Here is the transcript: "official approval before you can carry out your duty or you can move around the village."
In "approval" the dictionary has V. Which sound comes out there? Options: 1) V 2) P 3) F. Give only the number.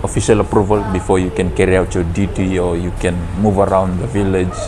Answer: 1